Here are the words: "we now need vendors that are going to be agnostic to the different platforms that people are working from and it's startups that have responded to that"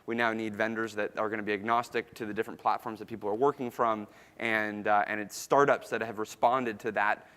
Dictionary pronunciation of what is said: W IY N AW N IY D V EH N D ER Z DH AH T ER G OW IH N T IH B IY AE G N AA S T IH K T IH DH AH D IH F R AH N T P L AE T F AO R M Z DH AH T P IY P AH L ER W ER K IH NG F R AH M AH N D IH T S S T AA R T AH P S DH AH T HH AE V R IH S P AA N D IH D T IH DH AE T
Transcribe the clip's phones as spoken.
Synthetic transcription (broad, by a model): W IY N AW N IY D V EH N D ER Z DH AH T ER G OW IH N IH B IY AE G N AA S T IH K T IH DH AH D IH F R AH N P L AE T F AO R M Z DH AH T P IY P L ER W ER K IH NG F R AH M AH N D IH T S S T AA R T AH P S DH AH T HH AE V R IH S P AA N D IH D T IH DH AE T